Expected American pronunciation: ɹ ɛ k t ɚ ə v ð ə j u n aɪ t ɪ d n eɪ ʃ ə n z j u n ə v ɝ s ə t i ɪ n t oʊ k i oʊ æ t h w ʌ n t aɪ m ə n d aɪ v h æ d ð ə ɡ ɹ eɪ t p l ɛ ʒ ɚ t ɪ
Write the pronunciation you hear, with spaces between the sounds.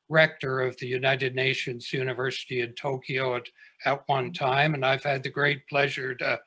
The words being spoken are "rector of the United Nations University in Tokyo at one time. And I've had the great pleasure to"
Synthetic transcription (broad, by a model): ɹ ɛ k t ɚ ə v ð ə j u n aɪ t ɪ d n eɪ ʃ ə n z j u n ə v ɝ s ə t i ɪ n t oʊ k i oʊ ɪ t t w ʌ n t aɪ m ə n aɪ v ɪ d ð ə ɡ ɹ eɪ t p l ɛ ʒ ɚ t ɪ